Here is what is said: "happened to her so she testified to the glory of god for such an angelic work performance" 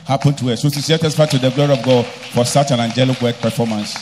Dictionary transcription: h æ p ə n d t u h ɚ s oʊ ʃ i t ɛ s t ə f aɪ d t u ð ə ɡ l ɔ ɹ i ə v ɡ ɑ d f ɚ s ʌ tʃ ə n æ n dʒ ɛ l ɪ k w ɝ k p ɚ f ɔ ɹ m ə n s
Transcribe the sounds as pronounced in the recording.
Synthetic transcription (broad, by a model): h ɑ p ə n t u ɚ s oʊ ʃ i s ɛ t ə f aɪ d t u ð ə ɡ l ɔ ɹ i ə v ɡ ɑ d f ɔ s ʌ tʃ ə n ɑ n dʒ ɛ l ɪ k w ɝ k p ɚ f ɔ m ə n s